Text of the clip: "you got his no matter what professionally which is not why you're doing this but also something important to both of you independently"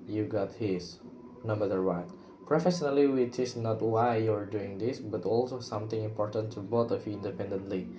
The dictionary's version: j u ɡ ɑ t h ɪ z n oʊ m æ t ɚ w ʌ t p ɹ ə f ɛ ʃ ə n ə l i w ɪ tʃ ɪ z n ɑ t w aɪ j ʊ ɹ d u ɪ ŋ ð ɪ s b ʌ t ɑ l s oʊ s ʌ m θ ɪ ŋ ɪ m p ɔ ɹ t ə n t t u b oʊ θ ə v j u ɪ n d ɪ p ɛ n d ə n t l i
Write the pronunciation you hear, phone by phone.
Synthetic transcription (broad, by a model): j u ɡ ɑ t h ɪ s n oʊ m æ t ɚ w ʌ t p ɹ ə f ɛ ʃ ə n ə l i w ɪ tʃ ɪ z n ɑ t w aɪ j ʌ ɹ d u ɪ ŋ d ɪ s b ʌ t ɑ l s oʊ s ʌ m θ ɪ ŋ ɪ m p ɔ ɹ t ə n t t u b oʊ t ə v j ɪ n d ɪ p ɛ n d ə n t l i